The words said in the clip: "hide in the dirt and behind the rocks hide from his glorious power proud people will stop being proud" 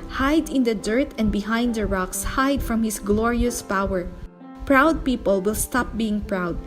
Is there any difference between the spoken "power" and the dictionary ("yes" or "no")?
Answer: no